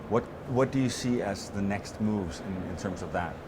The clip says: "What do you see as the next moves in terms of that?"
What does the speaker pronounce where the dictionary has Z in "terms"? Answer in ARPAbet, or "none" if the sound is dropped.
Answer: Z